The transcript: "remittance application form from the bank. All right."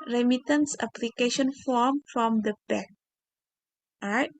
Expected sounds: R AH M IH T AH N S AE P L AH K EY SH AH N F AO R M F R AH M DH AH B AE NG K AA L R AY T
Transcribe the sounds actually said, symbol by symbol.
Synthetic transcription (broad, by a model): R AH M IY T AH N S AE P L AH K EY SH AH N F AO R M F R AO M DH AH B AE K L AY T